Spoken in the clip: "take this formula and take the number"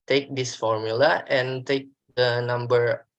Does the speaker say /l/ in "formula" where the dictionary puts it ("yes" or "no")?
yes